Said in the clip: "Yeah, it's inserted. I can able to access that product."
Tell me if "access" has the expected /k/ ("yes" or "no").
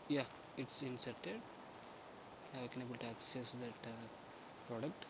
yes